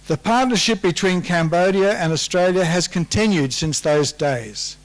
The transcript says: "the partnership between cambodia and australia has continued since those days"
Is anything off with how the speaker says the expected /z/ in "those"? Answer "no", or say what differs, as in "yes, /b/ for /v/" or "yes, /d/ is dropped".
no